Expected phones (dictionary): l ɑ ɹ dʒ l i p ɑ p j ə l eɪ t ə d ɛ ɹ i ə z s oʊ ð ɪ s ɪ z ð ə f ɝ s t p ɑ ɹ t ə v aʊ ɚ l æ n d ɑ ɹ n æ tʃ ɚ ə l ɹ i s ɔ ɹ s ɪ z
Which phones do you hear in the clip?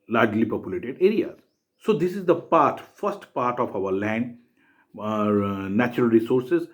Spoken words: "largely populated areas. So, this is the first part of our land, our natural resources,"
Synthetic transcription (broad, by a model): l ɑ ɹ dʒ l i p ɑ p j ə l eɪ t ə d ɛ ɹ i ə z s oʊ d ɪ s ɪ z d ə f ɝ s t p ɑ ɹ t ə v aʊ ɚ l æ n d ɑ ɹ n æ tʃ ɚ ə l ɹ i s ɔ ɹ s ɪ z